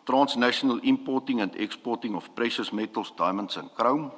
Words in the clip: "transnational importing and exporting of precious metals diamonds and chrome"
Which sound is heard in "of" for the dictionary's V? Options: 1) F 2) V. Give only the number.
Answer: 1